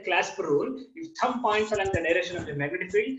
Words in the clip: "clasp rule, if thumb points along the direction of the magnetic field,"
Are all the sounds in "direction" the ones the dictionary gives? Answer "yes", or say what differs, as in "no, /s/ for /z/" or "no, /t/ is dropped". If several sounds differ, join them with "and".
no, /k/ is dropped